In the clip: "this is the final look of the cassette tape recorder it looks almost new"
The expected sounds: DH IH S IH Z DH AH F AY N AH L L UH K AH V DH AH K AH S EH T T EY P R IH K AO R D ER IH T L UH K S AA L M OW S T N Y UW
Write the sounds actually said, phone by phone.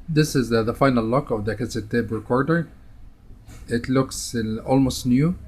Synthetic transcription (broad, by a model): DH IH S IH Z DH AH F AY N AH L L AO K AH V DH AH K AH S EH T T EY B R IH K AO R D ER IH T L UH K S AA L M OW S T N Y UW